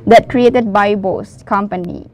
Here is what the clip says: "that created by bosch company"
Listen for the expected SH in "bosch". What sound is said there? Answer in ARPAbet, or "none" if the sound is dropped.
S